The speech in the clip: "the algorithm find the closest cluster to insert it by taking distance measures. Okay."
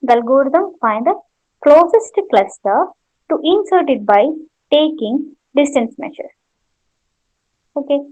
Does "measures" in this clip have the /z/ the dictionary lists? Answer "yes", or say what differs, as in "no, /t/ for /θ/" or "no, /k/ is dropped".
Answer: no, /z/ is dropped